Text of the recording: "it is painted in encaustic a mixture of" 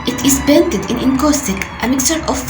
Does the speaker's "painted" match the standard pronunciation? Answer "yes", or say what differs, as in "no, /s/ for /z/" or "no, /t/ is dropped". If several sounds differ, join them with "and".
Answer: no, /b/ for /p/